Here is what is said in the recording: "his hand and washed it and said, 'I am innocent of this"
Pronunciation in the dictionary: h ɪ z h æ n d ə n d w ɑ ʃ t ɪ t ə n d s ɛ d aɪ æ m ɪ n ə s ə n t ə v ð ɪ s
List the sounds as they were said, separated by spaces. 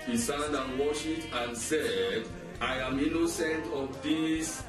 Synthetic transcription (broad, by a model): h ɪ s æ n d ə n w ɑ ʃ ɪ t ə n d s ɛ d aɪ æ m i n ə s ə n t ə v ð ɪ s